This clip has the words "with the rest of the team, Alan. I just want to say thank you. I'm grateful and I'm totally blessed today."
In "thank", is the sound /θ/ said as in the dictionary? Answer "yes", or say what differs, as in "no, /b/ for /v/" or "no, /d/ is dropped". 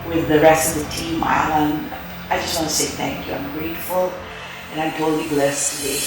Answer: yes